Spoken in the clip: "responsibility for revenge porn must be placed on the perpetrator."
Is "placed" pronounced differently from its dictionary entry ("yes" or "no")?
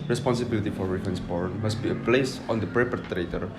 yes